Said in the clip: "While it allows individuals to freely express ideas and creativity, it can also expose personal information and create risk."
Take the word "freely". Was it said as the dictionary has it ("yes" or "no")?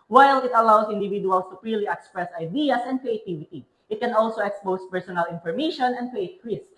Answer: no